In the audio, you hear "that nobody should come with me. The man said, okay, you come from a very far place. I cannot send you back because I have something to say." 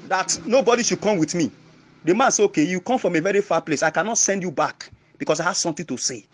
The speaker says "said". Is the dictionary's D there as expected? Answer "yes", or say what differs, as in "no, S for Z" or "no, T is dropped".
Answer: no, D is dropped